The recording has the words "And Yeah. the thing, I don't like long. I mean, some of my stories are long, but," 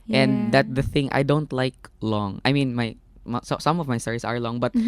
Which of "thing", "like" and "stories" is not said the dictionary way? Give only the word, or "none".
stories